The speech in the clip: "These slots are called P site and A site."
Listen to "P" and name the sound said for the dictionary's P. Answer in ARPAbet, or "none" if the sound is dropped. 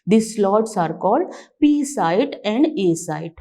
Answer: P